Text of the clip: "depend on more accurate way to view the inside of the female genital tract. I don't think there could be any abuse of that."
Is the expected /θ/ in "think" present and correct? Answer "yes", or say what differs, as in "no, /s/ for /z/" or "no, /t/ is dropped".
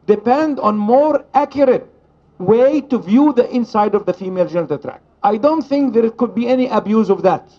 yes